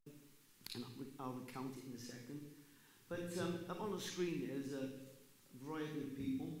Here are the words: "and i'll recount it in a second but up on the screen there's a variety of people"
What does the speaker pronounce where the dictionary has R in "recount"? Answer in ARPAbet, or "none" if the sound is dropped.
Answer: W